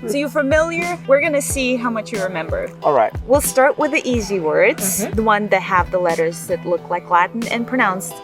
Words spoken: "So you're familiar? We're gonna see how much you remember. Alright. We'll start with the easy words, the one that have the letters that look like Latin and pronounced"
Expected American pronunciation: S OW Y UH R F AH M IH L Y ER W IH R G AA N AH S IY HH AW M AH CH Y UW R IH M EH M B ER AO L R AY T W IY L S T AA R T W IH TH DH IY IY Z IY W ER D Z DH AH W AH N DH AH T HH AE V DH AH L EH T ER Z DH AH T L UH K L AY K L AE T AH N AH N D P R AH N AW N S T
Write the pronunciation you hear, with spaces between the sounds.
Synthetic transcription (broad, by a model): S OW Y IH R F AH M IH L Y ER W IH R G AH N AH S IY HH AW M AH CH Y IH R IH M EH M B ER AO L R AY T W IY L S T AA R T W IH DH IY IY Z IY W ER D Z DH AH W AH N DH AH T HH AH V DH AH L EH T ER Z DH AH T L UH K L AY K L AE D N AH N P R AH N AW N S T